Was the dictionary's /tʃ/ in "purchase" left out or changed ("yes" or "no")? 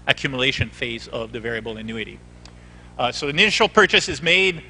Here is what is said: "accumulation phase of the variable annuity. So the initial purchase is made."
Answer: no